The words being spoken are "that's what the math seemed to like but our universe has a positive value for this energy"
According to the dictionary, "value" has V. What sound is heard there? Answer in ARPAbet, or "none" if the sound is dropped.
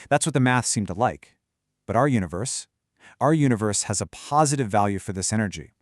V